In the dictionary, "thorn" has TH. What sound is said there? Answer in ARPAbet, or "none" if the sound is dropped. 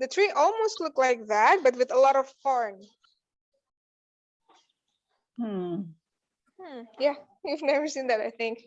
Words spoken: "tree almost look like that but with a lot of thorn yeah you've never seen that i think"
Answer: F